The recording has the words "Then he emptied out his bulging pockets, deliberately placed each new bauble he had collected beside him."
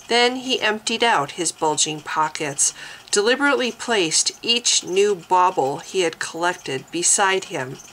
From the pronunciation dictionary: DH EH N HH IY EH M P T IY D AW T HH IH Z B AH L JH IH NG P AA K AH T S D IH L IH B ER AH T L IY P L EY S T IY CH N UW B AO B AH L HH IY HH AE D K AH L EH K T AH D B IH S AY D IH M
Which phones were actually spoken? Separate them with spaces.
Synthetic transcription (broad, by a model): DH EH N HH IY EH M P T IY D AW T HH IH Z B AH L JH IH NG P AA K AH T S D IH L IH B ER AH T L IY P L EY S T IY CH N UW B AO B L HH IY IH D K AH L EH K T AH D B IH S AY D IH M